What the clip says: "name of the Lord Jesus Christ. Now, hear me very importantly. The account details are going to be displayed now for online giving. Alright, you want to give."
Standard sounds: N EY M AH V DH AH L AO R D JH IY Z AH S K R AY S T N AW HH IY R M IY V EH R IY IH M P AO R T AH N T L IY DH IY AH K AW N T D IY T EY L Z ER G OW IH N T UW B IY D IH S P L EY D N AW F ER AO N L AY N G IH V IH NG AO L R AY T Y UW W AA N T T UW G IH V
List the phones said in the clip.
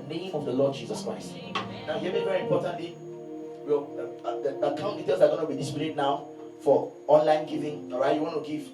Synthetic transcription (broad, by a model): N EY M AH V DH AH L AO D JH IY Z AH S K R AY S T N AW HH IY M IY V EH R IY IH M P AO T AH N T L IY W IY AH K AW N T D IY T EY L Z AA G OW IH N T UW B IY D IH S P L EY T N AW F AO AO N L AY N G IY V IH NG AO R AY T Y UW W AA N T T UW G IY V